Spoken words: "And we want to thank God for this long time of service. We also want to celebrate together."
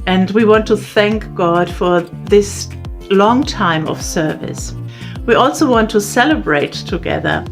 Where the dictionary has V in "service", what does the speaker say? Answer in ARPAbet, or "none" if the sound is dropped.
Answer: V